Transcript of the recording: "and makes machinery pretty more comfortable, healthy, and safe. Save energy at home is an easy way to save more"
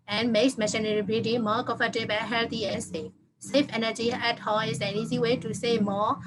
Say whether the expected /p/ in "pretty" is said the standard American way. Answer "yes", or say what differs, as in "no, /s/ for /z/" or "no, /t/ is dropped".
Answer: no, /b/ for /p/